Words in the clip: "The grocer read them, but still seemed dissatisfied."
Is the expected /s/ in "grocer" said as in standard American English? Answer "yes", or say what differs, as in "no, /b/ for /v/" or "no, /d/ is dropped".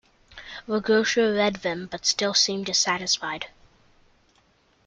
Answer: no, /ʃ/ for /s/